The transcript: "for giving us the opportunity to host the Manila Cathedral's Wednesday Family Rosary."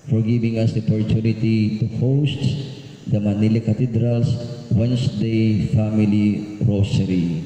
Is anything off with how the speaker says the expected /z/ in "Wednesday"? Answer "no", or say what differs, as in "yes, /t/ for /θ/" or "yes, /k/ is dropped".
yes, /s/ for /z/